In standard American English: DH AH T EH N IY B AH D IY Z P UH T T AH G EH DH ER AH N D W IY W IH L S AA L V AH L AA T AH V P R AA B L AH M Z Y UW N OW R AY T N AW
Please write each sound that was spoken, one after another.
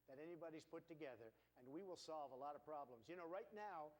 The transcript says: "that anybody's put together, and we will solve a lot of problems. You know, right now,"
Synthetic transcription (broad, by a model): DH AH T EH N IY B AH D IY Z P UH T T AH G EH DH ER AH N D W IY W IH L S AA L V AH L AA T AH V P R AA B L AH M Z Y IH N OW R AY T N AW